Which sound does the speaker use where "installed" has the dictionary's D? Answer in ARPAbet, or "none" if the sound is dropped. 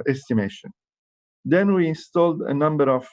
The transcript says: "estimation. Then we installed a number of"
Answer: D